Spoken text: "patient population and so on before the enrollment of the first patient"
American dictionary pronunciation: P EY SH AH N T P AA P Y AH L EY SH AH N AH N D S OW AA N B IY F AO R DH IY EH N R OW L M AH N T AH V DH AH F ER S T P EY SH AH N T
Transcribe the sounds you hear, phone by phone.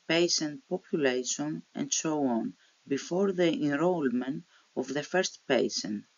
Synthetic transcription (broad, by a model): P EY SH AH N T P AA P Y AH L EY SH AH N AH N D S OW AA N B IY F AO R DH IY EH N R OW L M AH N T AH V DH AH F ER S T P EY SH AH N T